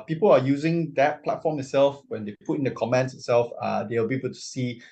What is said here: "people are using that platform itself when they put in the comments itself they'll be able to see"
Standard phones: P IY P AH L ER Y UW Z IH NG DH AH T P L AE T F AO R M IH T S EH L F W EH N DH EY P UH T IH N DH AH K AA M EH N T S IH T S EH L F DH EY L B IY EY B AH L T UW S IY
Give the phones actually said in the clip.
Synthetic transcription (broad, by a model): P IY P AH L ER Y UW Z IH NG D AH T P L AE T F AO M IH T S EH L F W EH N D EY P UH T IH N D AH K AA M EH N T S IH T S EH L F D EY W B IY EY B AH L T UW S IY